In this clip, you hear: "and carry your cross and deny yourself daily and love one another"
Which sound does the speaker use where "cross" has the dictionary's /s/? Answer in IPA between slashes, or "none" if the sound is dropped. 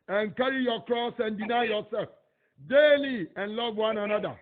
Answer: /s/